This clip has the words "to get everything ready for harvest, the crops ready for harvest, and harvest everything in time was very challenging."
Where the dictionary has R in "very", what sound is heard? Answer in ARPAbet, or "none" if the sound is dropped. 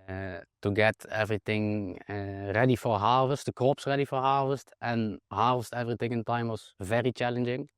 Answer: R